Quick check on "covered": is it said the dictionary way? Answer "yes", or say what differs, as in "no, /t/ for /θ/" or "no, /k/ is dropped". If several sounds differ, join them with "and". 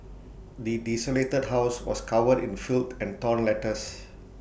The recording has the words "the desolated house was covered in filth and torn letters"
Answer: no, /w/ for /v/